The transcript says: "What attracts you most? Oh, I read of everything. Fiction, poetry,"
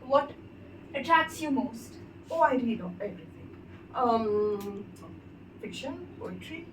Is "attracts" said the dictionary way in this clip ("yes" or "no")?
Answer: no